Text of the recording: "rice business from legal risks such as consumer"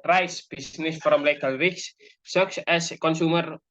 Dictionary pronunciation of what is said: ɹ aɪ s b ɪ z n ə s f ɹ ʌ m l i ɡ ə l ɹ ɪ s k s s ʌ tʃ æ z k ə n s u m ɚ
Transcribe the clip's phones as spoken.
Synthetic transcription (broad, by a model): ɹ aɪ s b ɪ s n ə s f ɹ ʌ m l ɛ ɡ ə l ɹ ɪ k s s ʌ s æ s k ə n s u m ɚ